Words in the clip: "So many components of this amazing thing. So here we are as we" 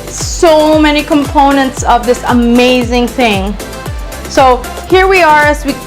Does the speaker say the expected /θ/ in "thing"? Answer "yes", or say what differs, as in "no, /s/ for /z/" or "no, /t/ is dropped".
yes